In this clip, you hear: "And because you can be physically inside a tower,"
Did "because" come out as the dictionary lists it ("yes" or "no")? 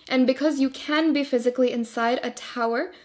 yes